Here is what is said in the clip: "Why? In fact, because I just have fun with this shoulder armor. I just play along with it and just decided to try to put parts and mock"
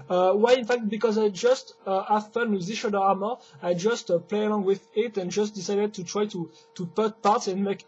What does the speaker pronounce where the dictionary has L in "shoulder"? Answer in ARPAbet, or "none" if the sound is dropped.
none